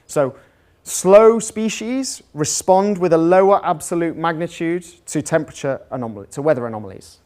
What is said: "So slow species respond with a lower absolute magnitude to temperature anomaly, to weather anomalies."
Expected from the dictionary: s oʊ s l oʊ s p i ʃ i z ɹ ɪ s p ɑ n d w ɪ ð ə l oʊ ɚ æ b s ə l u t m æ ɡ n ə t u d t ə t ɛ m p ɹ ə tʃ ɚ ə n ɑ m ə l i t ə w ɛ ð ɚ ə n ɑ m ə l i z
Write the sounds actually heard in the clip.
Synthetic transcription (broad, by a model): s oʊ s l oʊ s p i ʃ i z ɹ ɪ s p ɑ n d w ɪ ð ə l oʊ ɚ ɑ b s ə l u t m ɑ ɡ n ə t u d t ə t ɛ m p ɹ ə tʃ ɚ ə n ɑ m ə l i t ə w ɛ ð ɚ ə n ɑ m ə l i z